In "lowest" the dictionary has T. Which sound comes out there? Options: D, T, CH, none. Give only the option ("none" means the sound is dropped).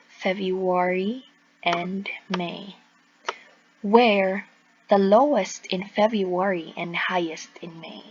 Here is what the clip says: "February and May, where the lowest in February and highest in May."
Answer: T